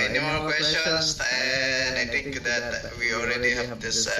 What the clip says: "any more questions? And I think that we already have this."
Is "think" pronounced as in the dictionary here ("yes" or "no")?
no